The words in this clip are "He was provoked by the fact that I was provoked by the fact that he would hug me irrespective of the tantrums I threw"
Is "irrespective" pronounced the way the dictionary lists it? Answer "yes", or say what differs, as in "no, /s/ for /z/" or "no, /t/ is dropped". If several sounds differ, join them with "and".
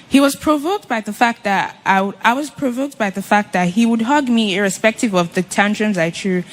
yes